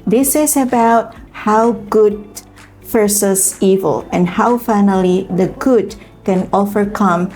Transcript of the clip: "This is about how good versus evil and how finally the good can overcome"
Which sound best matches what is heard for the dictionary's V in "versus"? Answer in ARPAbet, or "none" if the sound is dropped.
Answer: F